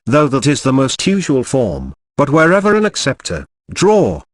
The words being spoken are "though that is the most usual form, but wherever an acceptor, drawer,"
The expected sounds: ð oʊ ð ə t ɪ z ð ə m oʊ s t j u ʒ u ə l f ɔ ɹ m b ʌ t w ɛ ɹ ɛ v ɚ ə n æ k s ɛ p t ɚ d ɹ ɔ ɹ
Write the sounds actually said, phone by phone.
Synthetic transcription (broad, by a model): ð oʊ ð ə t ɪ z ð ə m oʊ s t j u ʒ u ə l f ɔ ɹ m b ʌ t w ɛ ɹ ɛ v ɚ ə n æ k s ɛ p t ɚ d ɹ ɔ